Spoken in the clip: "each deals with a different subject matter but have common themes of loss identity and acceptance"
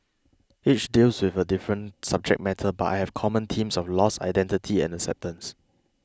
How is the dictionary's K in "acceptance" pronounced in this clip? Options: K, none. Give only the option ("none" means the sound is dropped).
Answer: K